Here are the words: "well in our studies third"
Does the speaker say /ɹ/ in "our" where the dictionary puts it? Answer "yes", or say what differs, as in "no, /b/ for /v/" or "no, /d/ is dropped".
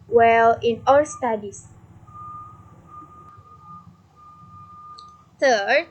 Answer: no, /l/ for /ɹ/